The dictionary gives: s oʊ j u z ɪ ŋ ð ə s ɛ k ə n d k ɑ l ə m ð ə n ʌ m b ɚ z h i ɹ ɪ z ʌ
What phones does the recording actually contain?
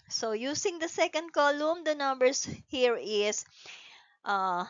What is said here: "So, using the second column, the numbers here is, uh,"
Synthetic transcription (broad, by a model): s oʊ j u s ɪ ŋ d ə s ɛ k ə n d k ɑ l ə m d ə n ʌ m b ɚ s h i ɹ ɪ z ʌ